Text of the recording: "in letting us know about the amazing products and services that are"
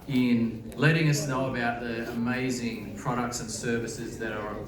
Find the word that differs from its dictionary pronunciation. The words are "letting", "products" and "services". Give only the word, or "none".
none